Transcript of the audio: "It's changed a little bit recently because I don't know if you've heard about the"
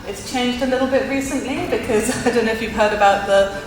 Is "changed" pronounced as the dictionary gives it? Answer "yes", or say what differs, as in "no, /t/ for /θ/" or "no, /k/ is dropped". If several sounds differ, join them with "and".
yes